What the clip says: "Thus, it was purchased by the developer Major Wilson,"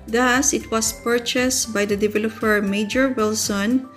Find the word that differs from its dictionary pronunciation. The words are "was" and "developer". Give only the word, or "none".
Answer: was